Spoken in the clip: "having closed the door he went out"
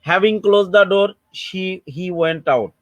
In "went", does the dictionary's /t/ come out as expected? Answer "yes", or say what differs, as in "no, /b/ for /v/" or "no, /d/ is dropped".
yes